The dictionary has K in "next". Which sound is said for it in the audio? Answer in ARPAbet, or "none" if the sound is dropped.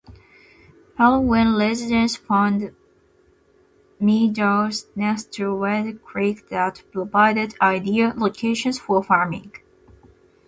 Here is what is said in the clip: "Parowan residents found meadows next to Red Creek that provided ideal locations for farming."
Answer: none